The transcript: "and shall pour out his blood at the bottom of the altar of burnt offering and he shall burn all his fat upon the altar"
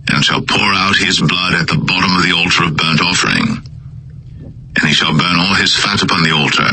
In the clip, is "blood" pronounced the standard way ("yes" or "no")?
yes